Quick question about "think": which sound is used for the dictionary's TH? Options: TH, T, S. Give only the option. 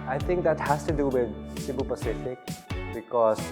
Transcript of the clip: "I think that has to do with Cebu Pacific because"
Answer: T